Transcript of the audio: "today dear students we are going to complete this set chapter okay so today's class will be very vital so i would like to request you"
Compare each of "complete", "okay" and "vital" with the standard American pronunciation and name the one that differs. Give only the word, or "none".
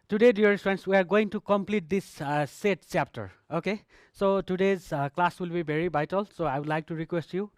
vital